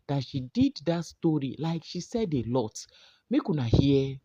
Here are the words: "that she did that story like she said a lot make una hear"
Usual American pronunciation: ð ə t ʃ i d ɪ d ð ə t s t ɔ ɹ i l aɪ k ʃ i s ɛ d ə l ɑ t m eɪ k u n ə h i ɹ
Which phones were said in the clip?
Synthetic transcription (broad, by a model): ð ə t ʃ i d ɪ d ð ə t s t ɔ ɹ i l aɪ k ʃ i s ɛ d ə l ɑ t m eɪ k u n ə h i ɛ